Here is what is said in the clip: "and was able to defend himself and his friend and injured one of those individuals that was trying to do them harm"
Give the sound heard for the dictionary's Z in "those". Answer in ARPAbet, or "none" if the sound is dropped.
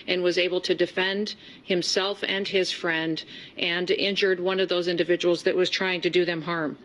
Z